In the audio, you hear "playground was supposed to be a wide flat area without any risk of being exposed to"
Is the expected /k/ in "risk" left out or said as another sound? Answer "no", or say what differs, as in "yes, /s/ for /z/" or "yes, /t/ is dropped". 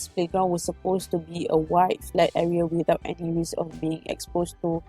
yes, /k/ is dropped